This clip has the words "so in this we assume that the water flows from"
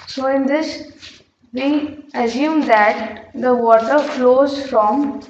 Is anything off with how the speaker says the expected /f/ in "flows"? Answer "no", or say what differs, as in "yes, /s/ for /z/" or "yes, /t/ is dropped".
no